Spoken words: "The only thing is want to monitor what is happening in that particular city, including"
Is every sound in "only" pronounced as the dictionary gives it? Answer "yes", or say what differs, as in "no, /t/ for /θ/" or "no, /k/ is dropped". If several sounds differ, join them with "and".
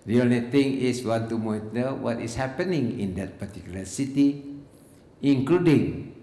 no, /n/ is dropped